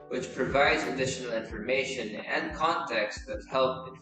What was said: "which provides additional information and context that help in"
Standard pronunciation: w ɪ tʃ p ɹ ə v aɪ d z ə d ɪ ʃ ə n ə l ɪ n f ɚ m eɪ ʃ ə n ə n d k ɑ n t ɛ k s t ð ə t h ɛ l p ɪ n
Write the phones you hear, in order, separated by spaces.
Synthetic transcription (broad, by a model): w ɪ tʃ p ɹ ə v aɪ d z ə d ɪ ʃ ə n l ɪ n f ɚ m eɪ ʃ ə n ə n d k ɑ n t ɛ k s t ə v h ɛ l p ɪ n